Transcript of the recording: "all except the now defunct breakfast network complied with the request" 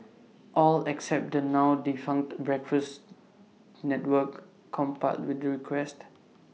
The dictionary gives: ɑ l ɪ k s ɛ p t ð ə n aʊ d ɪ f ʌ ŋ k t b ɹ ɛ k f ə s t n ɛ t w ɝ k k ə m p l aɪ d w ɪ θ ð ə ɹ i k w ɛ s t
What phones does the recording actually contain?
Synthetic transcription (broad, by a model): ɑ l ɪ k s ɛ p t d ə n aʊ d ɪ f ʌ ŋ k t b ɹ ɛ k f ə s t n ɛ t w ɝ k k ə m p aɪ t w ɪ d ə ɹ i k w ɛ s t